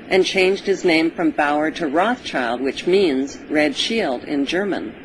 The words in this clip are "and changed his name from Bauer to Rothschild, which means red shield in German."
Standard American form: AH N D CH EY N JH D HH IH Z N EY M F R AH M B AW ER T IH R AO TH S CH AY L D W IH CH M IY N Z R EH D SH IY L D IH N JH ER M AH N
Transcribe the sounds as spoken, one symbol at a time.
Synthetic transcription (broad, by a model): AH N CH EY N JH D HH IH Z N EY M F R AH M B AW ER T IH R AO TH CH AY L D W IH CH M IY N Z R EH D SH IY L D IH N JH ER M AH N